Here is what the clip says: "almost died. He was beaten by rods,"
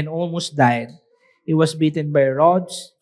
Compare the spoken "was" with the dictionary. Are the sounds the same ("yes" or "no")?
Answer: no